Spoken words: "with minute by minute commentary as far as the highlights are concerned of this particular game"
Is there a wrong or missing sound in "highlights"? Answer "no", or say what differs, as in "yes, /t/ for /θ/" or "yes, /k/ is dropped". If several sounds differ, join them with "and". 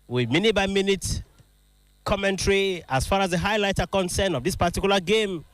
yes, /s/ is dropped